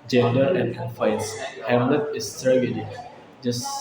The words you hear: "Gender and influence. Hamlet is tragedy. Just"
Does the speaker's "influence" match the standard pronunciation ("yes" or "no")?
no